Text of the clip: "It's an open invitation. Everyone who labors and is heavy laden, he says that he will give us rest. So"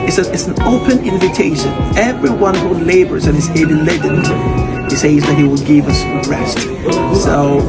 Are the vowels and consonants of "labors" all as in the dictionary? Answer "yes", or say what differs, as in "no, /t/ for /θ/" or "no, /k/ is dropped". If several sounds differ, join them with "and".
yes